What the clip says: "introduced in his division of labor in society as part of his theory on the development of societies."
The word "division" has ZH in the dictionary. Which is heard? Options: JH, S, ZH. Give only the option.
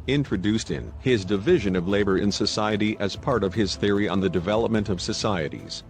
ZH